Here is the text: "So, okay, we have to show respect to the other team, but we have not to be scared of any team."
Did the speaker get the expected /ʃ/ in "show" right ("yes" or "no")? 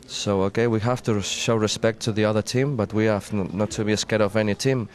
yes